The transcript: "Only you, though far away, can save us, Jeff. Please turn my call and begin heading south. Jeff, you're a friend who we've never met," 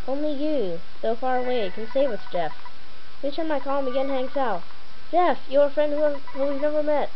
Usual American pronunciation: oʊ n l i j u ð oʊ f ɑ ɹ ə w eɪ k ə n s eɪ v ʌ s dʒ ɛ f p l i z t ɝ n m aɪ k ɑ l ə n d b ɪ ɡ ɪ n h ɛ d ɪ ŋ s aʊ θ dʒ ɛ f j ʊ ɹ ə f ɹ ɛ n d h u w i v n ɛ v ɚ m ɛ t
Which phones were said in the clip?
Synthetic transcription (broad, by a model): oʊ n l i j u ð oʊ f ɑ ɹ ə w eɪ k ə n s eɪ w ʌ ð dʒ ɛ f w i t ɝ m aɪ k ɑ l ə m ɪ ɡ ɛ n h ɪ ŋ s aʊ t dʒ ɛ f j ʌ ɹ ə f ɹ ɛ n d h u w i v n ɛ v ɚ m ɛ t